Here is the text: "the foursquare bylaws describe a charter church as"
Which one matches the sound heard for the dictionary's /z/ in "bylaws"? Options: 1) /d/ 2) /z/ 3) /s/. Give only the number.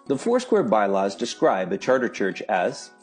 2